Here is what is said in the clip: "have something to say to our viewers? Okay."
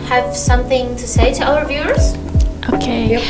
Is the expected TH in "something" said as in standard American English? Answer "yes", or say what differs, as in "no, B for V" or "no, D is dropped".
yes